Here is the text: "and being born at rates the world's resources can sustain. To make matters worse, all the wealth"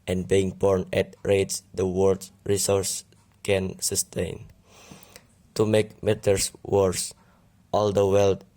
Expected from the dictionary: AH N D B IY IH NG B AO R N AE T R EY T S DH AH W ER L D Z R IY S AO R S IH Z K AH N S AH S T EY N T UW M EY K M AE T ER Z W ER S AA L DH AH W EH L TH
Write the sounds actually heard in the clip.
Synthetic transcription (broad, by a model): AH N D B IY IH NG B AO R N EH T R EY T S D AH W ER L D R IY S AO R S K AH N S AH S T EY N T UW M EY K M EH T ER S W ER S AA L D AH W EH L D